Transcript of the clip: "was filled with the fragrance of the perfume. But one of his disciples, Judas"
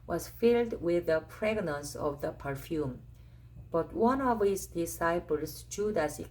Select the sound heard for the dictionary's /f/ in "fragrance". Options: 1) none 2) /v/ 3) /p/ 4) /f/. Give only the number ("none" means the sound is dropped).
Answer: 3